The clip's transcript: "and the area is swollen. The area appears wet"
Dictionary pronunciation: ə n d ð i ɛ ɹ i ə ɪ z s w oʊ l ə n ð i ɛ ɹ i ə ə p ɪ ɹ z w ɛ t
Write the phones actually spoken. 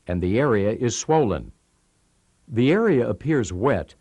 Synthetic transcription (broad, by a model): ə n ð i ɛ ɹ i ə ɪ z s w oʊ l ə n ð i ɛ ɹ i ə ə p ɪ ɹ z w ɛ t